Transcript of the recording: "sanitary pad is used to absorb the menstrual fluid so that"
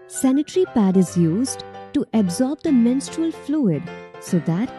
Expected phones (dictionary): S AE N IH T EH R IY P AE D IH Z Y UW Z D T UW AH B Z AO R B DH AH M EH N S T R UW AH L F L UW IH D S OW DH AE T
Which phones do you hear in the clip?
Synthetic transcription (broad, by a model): S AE N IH T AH R IY P AE D IH Z Y UW Z D T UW AH B Z AO R B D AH M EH N S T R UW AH L F L UW IH D S OW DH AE T